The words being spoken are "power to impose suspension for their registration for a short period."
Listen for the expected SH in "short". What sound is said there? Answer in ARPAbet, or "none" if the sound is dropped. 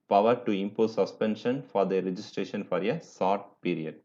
S